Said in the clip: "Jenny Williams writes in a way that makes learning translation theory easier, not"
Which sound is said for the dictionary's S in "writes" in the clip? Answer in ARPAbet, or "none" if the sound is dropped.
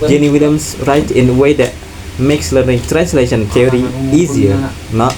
none